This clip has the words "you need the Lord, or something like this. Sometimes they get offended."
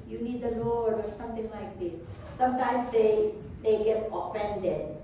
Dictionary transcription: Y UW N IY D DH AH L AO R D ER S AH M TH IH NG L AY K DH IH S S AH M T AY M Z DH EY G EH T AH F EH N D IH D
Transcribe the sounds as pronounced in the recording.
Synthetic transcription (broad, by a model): Y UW N IY D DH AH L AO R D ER S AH M T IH NG L AY K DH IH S S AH M T AY M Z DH EY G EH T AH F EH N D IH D